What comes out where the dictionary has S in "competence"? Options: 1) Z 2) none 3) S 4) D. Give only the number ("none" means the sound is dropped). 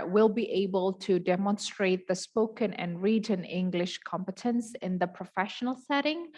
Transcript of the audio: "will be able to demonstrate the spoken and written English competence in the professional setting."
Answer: 3